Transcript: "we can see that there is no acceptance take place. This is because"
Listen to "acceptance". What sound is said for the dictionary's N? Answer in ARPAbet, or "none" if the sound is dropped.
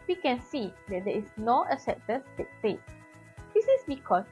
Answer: none